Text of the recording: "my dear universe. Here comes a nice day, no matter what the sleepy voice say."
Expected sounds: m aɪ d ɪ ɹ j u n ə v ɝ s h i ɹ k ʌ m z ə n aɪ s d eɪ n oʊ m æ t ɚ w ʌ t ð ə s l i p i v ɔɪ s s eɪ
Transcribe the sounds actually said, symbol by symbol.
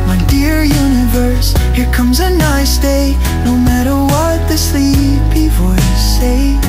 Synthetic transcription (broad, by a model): m aɪ d ɪ ɹ j u n ə v ɝ s h i ɹ k ʌ m z ə n aɪ s d eɪ n oʊ m æ t ɚ w ʌ t ð ə s l i b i f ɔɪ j s eɪ